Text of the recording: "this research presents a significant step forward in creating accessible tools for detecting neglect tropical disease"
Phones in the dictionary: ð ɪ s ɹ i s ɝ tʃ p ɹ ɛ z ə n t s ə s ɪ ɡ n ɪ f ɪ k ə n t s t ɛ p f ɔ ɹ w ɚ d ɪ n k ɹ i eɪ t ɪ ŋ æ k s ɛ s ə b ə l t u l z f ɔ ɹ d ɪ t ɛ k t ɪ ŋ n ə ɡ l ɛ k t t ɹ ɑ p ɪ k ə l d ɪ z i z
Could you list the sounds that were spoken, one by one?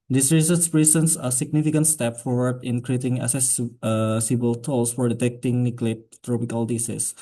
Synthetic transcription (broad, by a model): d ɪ s ɹ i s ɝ s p ɹ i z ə n s ə s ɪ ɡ n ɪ f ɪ k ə n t s t ɛ p f ɔ ɹ w ɚ d ɪ n k ɹ i eɪ t ɪ ŋ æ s s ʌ s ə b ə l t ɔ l s f ɔ ɹ d ɪ t ɛ k t ɪ ŋ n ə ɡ l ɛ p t t ɹ ɑ p ɪ k ə l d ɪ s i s